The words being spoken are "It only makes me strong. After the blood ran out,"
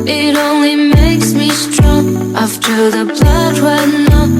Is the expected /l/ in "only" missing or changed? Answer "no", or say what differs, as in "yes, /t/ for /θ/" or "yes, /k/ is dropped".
no